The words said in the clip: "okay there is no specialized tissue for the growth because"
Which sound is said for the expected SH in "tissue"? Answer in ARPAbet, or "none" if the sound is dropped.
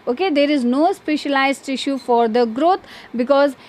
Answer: SH